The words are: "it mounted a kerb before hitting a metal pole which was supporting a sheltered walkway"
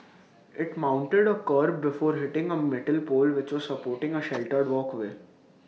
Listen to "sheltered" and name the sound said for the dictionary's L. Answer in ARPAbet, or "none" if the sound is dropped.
L